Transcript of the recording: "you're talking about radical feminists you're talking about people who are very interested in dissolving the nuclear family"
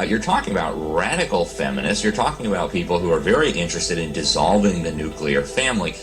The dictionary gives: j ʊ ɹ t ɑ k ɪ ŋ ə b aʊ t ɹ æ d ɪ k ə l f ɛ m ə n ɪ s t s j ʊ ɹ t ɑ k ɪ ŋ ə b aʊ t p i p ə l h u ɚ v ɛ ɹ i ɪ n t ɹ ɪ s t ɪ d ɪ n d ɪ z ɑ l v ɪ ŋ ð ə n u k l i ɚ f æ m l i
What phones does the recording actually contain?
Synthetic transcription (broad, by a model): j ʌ ɹ t ɑ k ɪ ŋ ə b aʊ t ɹ æ d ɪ k l f ɛ m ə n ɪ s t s j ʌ ɹ t ɑ k ɪ ŋ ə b aʊ t p i p l h u ɚ v ɛ ɹ i ɪ n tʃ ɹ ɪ s t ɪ d ɪ n d ɪ z ɑ l v ɪ ŋ ð ə n u k l i ɚ f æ m l i